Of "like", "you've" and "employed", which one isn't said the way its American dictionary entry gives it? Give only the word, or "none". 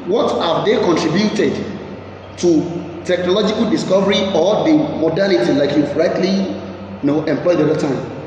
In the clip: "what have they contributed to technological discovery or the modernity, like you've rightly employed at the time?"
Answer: you've